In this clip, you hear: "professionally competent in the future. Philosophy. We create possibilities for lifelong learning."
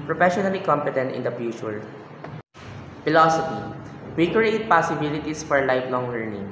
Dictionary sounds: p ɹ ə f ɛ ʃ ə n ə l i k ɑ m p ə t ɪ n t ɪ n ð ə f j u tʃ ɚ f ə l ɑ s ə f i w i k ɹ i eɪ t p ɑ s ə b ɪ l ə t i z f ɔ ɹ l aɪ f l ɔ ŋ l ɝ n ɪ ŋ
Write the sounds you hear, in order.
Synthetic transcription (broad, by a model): p ɹ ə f ɛ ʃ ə n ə l i k ɑ m p ə t ɪ n t ɪ n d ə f j u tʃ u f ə l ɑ s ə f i w i k ɹ i eɪ t p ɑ s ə b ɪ l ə t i s f ɔ ɹ l aɪ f l ɔ ŋ l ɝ n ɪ ŋ